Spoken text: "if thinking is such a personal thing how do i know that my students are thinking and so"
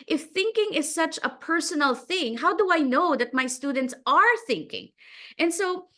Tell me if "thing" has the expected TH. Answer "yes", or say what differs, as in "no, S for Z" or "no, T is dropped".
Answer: yes